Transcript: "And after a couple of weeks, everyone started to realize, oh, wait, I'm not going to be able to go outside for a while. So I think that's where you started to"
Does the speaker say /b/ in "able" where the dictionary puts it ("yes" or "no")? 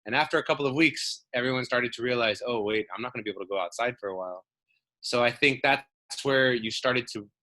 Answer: no